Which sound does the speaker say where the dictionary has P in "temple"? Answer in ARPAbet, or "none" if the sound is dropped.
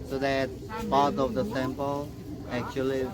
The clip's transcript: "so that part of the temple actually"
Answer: P